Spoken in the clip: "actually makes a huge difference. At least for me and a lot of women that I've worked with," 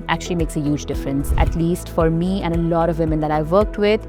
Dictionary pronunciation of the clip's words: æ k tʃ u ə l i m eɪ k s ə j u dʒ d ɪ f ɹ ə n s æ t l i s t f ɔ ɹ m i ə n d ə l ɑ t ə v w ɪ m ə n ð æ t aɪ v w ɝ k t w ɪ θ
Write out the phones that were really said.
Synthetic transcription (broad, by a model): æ k tʃ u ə l i m eɪ k s ə j u dʒ d ɪ f ɹ ə n s æ t l i s t f ɔ ɹ m i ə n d ə l ɑ t ə v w ɪ m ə n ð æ t aɪ v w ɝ k t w ɪ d